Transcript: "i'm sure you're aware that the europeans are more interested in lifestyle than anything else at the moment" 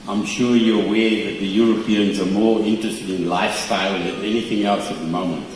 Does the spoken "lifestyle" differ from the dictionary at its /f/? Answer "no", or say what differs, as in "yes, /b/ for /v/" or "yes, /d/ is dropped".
no